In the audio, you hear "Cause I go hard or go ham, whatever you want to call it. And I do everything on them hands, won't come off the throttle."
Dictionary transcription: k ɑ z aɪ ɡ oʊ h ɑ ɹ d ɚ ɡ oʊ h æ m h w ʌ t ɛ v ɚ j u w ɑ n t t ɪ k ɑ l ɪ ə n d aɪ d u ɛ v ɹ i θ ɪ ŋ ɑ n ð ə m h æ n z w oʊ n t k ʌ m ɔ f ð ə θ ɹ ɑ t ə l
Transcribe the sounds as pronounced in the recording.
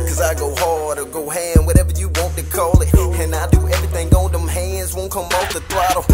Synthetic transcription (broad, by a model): k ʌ z aɪ ɡ oʊ h ɑ ɹ d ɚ ɡ oʊ h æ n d w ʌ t ɛ v ɚ j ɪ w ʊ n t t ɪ k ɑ l ɪ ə n aɪ d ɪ ɛ v ɹ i θ ɪ ŋ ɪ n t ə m h æ n z w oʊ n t k ʌ m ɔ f ð ə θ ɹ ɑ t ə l